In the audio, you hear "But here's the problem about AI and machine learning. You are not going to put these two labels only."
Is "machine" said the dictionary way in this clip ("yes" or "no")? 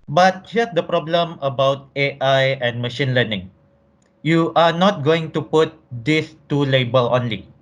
yes